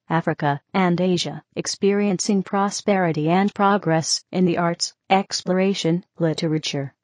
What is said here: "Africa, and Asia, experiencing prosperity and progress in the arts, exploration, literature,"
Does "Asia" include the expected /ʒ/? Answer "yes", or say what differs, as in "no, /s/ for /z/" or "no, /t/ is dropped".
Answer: yes